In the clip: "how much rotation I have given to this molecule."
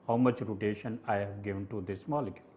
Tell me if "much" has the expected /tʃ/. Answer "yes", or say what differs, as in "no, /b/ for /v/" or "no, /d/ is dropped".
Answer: yes